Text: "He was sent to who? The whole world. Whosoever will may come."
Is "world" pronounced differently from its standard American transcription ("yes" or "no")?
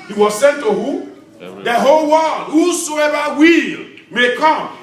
yes